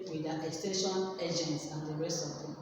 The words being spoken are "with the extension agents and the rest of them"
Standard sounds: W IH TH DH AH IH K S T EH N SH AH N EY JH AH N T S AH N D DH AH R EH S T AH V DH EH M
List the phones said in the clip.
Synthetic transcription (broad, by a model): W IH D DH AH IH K S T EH SH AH N EY JH AH N T S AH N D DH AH R EH S T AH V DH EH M